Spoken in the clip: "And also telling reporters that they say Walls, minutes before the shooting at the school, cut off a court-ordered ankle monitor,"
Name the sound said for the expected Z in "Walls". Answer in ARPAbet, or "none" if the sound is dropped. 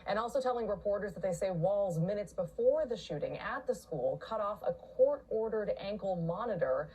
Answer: Z